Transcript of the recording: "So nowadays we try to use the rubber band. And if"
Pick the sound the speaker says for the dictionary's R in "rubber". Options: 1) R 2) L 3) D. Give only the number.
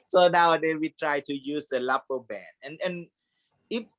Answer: 2